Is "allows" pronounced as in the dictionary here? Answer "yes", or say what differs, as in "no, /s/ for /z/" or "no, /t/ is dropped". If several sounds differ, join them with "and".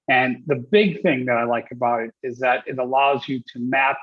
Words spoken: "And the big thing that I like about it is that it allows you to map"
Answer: yes